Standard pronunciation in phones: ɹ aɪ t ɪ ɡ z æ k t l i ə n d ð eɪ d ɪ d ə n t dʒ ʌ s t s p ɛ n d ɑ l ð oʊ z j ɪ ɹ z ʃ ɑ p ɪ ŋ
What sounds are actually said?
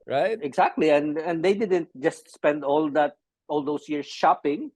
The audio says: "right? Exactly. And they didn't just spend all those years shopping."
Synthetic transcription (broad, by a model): ɹ aɪ t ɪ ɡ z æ k t l i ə n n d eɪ d ɪ d ə n t dʒ ʌ s t s p ɛ n d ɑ l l oʊ s j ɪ ɹ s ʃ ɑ p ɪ ŋ